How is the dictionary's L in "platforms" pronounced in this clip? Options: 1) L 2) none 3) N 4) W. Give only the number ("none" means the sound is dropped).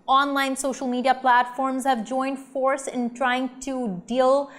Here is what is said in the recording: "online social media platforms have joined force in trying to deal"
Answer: 1